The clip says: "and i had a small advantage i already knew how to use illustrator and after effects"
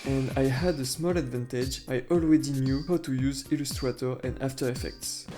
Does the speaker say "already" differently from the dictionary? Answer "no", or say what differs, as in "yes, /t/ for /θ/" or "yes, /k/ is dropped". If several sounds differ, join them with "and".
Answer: yes, /w/ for /ɹ/